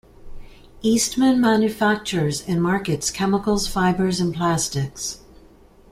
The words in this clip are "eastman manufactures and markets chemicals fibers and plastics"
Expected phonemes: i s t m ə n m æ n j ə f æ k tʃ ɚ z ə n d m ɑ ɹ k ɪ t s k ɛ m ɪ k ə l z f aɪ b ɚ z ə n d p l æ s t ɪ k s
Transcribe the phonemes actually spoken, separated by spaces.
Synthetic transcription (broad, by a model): i s t m ə n m æ n j ə f æ k tʃ ɚ z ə n m ɑ ɹ k ɪ t s k ɛ m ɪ k l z f aɪ b ɚ z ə n p l æ s t ɪ k s